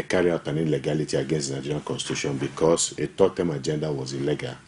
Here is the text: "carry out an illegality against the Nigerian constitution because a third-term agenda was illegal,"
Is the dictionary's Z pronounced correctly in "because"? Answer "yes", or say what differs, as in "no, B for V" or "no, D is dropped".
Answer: no, S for Z